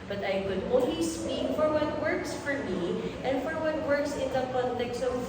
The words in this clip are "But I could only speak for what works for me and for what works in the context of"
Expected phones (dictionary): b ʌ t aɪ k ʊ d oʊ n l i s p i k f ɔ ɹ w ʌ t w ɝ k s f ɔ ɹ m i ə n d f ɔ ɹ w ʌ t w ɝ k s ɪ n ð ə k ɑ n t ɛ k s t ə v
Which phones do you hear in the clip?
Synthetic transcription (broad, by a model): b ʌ t aɪ k ʊ d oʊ l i s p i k f ɔ ɹ w ʌ t w ɝ k s f ɔ ɹ m i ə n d f ɔ ɹ w ʌ t w ɝ k s ɪ n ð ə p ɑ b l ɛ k s ə